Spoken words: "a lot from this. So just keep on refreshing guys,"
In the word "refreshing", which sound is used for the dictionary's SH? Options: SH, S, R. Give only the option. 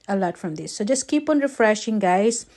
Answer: SH